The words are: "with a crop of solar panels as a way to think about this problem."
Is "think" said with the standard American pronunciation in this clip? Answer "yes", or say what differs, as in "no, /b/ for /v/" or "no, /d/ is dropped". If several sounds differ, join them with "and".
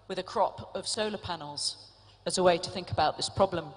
yes